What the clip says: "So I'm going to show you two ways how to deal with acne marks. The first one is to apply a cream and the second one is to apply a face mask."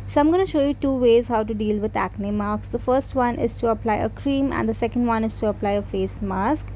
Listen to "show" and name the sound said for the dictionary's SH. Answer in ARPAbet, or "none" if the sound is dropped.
SH